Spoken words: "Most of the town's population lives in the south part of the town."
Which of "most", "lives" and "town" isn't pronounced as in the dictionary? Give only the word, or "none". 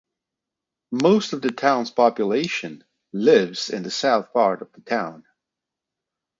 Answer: none